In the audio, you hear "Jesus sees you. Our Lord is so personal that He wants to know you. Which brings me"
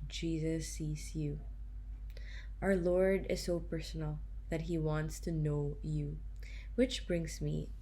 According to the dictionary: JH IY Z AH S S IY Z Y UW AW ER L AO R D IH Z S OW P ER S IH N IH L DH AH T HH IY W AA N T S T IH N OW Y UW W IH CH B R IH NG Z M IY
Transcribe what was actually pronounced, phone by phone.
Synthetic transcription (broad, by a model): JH IY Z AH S S IY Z Y UW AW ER L AO R D IH Z S OW P ER S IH N L DH AH T HH IY W AA N T S T IH N OW Y UW W IH CH B R IH NG Z M IY